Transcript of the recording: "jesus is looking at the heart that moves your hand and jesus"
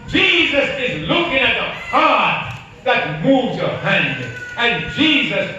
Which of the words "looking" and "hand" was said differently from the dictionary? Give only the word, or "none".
none